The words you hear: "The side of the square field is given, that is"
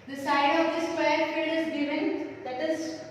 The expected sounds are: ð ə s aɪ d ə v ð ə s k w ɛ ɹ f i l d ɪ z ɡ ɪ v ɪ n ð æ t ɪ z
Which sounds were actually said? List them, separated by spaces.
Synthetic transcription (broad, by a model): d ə s aɪ d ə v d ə s w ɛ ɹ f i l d ɪ z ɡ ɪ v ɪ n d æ t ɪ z